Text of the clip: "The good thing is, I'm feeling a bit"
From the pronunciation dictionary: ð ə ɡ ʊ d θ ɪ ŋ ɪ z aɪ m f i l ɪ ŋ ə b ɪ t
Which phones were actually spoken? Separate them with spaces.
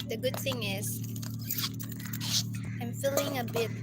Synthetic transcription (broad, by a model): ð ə ɡ ʊ d θ ɪ ŋ ɪ z aɪ m f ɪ l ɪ ŋ ə b ɪ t